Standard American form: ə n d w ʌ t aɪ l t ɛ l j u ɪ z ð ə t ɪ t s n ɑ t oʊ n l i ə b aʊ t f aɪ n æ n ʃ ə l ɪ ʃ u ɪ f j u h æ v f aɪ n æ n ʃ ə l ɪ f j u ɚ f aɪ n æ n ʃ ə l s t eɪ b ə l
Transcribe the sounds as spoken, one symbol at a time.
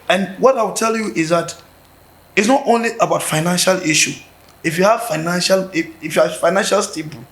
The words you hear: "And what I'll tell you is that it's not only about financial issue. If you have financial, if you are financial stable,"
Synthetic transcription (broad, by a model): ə n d w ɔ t aɪ w t ɛ l j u ɪ z ð ə t ɪ t s n ɑ t oʊ n l i ə b aʊ t f aɪ n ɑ n ʃ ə l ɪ ʃ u ɪ f j u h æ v f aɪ n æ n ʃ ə l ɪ f j u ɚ f aɪ n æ n ʃ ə l s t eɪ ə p